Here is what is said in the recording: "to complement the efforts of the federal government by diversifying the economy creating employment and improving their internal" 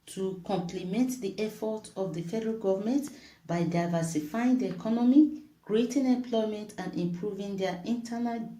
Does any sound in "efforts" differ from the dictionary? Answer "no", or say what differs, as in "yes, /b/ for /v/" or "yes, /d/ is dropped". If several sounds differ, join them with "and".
yes, /s/ is dropped